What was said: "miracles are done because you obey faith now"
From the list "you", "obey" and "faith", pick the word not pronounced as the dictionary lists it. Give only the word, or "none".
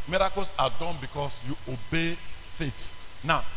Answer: faith